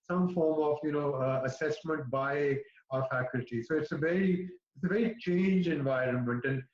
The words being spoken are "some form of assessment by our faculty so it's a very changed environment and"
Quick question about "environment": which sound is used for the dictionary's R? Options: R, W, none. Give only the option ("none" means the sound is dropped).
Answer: R